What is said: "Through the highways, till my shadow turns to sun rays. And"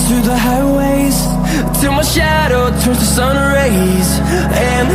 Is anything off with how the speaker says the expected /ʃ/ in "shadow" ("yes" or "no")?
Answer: no